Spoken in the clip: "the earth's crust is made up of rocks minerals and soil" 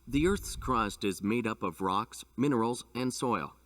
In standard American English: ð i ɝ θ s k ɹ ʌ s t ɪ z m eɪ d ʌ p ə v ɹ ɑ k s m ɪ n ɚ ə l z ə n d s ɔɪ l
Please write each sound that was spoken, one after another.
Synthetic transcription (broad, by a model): ð i ɝ θ s k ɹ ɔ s t ɪ z m eɪ d ʌ p ə v ɹ ɑ k s m ɪ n ɚ l z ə n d s ɔɪ l